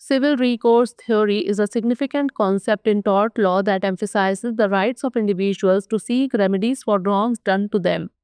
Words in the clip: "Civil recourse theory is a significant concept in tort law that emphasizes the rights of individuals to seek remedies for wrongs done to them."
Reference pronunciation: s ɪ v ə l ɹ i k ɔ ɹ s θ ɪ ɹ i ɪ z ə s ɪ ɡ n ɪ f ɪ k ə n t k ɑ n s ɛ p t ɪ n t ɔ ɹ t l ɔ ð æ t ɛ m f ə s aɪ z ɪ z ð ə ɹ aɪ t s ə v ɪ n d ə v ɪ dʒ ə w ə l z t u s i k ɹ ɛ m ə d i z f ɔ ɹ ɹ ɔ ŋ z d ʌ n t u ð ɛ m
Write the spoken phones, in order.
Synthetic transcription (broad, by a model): s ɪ v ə l ɹ i k ɔ ɹ s t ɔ ɹ i ɪ z ə s ɪ ɡ n ɪ f ɪ k ə n t k ɑ n s ɛ p t ɪ n t ɔ ɹ t l ɔ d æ t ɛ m f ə s aɪ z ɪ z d ə ɹ aɪ t s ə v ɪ n d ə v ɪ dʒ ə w ə l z t u s i k ɹ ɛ m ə d i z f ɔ ɹ ɹ ɔ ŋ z d ʌ n t u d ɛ m